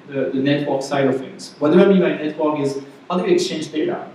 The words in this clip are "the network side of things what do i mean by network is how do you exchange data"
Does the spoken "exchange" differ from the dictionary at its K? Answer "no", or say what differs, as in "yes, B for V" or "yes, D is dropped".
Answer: no